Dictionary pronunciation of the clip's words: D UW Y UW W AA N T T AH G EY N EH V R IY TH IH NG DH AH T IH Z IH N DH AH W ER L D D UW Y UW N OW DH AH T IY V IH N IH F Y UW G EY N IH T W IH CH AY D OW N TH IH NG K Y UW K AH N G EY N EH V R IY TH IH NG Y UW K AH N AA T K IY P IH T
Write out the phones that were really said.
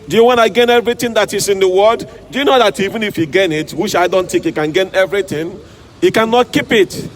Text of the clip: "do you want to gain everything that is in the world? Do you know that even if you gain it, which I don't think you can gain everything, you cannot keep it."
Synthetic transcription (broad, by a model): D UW Y UW W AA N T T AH G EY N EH V R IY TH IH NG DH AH T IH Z IH N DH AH W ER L D D UW Y UW N OW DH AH T IY V IH N IH F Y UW G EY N IH T W IH CH AY D OW N T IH K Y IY K AH N G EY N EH V R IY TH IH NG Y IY K AH N AA T K IY P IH T